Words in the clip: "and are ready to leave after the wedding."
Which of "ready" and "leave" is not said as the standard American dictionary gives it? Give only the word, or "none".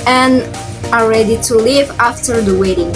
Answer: none